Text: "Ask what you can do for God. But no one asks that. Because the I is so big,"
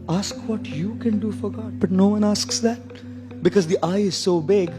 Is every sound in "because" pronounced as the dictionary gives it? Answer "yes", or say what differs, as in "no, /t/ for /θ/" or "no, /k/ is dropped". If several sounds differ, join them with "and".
yes